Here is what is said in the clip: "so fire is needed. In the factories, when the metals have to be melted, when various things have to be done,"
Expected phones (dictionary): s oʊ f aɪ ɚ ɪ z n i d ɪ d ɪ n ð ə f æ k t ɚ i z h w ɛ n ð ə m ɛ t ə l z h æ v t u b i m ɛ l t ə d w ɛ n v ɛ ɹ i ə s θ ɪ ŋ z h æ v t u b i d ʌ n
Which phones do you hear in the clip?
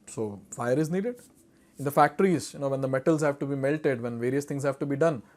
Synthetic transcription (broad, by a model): s oʊ f aɪ ɚ ɪ z n i d ɪ d ɪ n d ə f æ k t ɚ i z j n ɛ n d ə m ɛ t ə l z h æ v t u b i m ɛ l t ə d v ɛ n v ɛ ɹ i ə s t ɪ ŋ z h æ v t u b i d ʌ n